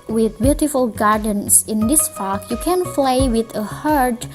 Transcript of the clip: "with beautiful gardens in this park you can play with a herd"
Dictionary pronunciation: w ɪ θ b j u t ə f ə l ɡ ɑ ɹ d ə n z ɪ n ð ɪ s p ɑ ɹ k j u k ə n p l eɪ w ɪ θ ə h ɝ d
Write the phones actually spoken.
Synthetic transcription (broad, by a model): w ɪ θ b j u t ə f ə l ɡ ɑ ɹ d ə n s ɪ n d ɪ s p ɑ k j u k ə n f l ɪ w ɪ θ ə h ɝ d